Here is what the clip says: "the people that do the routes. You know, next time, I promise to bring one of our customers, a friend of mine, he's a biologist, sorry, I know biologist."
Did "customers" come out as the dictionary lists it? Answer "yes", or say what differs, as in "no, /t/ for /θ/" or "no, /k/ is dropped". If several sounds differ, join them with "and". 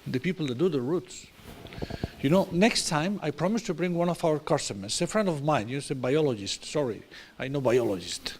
no, /s/ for /z/